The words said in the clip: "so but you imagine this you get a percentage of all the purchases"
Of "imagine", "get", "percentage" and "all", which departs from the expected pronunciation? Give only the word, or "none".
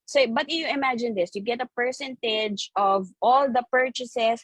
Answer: none